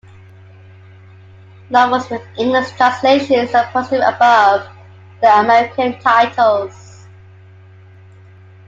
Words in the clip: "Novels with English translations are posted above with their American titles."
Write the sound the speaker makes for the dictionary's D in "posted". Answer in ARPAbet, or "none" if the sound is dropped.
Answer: none